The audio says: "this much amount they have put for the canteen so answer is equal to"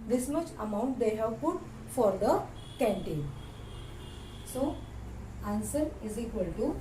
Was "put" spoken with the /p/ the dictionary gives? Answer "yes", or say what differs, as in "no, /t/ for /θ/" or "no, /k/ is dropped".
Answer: no, /f/ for /p/